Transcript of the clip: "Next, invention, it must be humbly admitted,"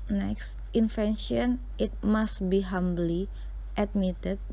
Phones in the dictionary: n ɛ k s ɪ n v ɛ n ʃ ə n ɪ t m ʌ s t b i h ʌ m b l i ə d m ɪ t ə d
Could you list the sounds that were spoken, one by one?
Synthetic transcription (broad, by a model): n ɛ k s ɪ n f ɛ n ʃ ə n ɪ t m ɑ s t b i h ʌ m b l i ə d m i t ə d